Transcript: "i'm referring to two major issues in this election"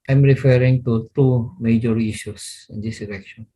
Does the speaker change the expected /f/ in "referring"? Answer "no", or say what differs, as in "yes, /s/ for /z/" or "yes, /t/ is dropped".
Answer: no